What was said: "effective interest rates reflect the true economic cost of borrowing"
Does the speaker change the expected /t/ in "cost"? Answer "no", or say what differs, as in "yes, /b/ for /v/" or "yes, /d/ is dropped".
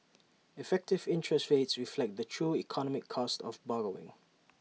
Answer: no